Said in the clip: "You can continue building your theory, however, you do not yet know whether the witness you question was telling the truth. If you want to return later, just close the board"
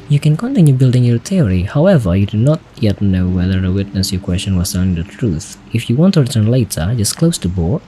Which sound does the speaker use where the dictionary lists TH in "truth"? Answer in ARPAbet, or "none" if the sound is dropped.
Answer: TH